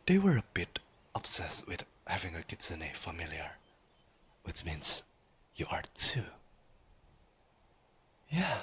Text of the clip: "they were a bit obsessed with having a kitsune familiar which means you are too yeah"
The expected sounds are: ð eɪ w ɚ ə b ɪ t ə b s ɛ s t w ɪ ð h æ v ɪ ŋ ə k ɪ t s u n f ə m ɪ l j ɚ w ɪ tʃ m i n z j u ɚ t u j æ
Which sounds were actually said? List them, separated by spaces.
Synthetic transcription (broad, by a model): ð eɪ w ɚ ə b ɪ t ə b s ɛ s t w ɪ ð h æ v ɪ ŋ ə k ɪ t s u n f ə m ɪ l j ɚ w ɪ tʃ m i n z j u ɚ t u j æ